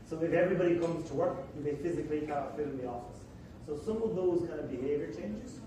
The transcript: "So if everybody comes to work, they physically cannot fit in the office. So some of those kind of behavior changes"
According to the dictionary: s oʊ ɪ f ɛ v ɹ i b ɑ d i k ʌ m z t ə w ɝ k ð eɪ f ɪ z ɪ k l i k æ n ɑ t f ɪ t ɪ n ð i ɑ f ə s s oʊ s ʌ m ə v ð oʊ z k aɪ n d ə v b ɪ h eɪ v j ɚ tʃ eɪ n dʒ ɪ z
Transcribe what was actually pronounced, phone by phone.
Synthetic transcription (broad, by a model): s oʊ ɪ f ɛ v ɹ i b ɑ d i k ʌ m z t ə w ɝ k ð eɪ f ɪ z ɪ k l i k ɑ ɑ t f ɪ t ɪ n ð i ɑ f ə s s oʊ s ʌ m ə v ð oʊ z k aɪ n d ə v b ɪ h eɪ v j ɚ tʃ eɪ n dʒ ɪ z